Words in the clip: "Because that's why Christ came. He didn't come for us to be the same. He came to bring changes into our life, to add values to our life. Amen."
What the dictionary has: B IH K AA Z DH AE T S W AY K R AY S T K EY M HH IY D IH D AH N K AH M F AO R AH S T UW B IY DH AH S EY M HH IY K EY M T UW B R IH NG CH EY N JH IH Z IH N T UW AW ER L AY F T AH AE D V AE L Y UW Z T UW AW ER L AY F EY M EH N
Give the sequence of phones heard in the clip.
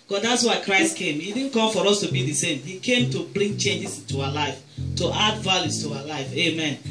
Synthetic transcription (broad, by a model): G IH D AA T S W AY K R AY S T K EY M HH IY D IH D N K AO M F AO R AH S T UW B IY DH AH S EY M HH IY K EY M T UW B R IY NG CH EY N JH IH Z IH N T UW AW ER L AY F T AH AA D V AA L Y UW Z T UW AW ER L AY F EY M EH N